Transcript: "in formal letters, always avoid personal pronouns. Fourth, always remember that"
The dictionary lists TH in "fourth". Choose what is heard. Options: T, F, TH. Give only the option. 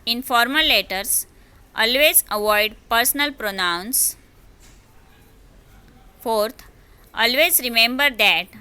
T